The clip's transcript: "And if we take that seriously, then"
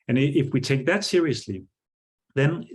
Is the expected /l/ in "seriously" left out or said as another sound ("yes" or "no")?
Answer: no